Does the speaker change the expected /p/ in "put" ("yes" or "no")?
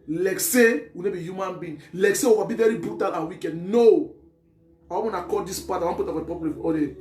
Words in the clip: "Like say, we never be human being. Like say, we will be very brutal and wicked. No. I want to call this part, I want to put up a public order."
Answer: yes